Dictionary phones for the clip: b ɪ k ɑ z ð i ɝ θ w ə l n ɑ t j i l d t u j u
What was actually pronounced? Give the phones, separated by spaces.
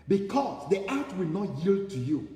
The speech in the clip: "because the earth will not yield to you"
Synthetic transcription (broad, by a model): b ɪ k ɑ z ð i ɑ t w ə l n ɑ t j i l d t u j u